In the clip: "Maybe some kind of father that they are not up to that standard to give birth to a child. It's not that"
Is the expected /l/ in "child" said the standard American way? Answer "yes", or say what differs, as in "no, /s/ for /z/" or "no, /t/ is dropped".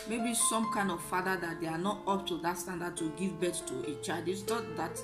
no, /l/ is dropped